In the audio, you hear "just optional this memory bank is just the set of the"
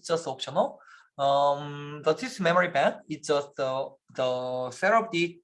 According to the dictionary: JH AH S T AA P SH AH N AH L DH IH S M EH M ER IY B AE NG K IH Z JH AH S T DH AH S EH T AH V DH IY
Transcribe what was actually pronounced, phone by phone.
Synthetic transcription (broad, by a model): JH AH S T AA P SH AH N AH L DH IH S M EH M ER IY B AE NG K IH S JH AH S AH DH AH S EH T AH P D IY